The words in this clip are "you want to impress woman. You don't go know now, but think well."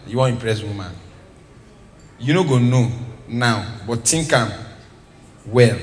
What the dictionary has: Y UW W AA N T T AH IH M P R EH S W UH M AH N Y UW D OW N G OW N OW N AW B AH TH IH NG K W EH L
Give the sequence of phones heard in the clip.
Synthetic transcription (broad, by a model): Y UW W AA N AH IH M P R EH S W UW M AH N Y UW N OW G OW N OW N AW B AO T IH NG K W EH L